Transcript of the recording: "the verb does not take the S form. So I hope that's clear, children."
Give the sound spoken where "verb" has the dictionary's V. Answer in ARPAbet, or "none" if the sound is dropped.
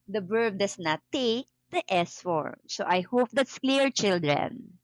B